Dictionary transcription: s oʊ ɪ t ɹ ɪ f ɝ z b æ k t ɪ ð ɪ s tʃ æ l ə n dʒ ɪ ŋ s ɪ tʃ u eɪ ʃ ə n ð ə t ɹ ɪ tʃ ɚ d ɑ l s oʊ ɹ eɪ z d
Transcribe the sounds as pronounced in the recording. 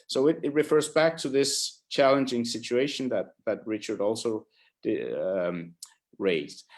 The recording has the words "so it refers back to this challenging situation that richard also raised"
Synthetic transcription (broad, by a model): s oʊ ɪ t ɹ ɪ f ɝ z b æ k t ɪ ð ɪ s tʃ æ l ə n dʒ ɪ ŋ s ɪ tʃ u eɪ ʃ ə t ð ə t ɹ ɪ tʃ ɚ d ɑ l s oʊ ɹ eɪ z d